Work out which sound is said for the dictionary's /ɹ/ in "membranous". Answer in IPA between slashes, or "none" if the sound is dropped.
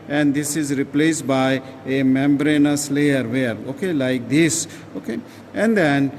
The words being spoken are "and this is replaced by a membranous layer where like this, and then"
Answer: /ɹ/